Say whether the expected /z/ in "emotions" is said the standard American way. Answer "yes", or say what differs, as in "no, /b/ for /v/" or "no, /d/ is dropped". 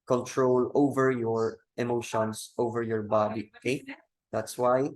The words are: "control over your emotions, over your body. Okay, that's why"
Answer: no, /s/ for /z/